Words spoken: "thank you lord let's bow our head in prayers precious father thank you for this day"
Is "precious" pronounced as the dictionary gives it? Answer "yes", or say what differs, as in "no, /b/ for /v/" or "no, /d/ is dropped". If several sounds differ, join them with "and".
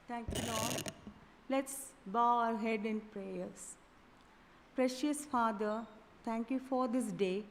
yes